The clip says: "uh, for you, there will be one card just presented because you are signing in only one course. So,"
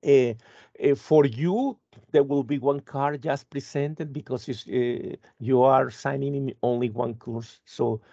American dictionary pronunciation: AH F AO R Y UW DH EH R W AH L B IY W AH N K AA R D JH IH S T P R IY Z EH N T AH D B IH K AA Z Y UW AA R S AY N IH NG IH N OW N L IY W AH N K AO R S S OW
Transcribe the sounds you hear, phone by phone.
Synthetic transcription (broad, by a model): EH F AO R Y UW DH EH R W AH L B IY W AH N K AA R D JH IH S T P R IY S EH N T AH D B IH K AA S Y UW AA R S AY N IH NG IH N OW N L IY W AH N K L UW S OW